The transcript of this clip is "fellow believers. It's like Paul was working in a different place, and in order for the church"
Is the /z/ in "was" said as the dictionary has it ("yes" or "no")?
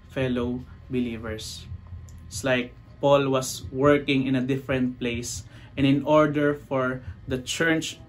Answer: no